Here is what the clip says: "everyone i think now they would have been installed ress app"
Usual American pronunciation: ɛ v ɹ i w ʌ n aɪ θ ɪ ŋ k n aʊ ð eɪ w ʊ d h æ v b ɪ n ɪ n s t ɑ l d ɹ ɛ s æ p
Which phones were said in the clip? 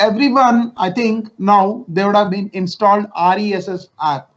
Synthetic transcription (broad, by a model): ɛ v ɹ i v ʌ n aɪ t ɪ ŋ k n aʊ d eɪ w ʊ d h æ v b ɪ n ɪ n s t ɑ l d ɹ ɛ s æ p